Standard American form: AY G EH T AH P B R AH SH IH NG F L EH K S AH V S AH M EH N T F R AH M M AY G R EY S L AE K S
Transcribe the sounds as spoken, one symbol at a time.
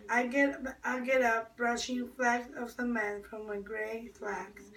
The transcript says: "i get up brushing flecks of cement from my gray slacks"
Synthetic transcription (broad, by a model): AY G EH T AH P B R AH SH IH NG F L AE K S AH V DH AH M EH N F R AH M M AY G R EY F L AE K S